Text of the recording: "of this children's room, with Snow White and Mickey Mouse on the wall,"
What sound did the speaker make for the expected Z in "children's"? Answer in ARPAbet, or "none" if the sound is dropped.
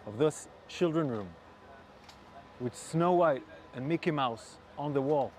none